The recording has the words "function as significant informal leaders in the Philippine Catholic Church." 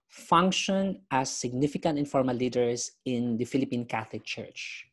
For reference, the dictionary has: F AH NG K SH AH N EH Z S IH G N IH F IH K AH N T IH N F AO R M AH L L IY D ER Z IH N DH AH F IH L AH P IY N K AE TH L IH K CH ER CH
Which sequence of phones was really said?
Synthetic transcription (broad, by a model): F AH NG K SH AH N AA S IH G N IH F IH K AH N T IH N F AO R M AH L L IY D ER S IH N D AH F IH L AH P IY N K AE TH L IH K CH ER CH